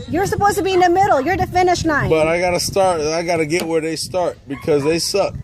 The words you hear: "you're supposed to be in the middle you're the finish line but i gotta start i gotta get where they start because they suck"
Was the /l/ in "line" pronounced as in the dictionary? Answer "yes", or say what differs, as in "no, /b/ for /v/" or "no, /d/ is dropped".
no, /n/ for /l/